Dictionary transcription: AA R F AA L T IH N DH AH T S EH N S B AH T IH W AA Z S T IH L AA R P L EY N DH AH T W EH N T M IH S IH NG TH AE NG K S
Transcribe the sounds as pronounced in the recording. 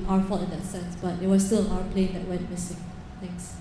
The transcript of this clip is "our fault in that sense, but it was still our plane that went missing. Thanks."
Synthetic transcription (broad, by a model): AA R F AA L IH N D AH T S EH N S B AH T IH W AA S T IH L AA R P L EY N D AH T W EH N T M IH S IH NG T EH NG K S